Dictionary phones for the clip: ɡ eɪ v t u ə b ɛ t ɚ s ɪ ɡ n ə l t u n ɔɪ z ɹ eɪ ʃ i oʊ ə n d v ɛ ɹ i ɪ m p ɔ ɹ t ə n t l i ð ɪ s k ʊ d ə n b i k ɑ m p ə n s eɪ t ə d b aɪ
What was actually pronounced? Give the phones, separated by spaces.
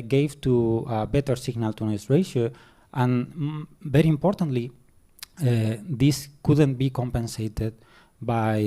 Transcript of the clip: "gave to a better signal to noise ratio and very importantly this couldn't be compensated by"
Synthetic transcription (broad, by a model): ɡ eɪ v t u ə b ɛ t ɚ s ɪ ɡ n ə l t u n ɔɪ s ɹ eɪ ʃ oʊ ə n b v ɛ ɹ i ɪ m p ɔ ɹ t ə n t l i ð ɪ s k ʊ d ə n b i k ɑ m p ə n s eɪ t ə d b aɪ